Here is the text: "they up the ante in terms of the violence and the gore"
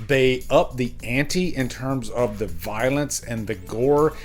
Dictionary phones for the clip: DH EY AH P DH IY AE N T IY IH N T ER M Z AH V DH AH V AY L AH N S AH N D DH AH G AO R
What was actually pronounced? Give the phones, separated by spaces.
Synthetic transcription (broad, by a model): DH EY AH P DH IY AE N T IY IH N T ER M Z AH V DH AH V AY L AH N S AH N DH AH G AO R